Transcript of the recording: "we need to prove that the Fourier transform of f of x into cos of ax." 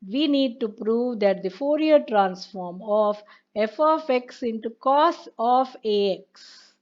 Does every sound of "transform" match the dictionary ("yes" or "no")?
yes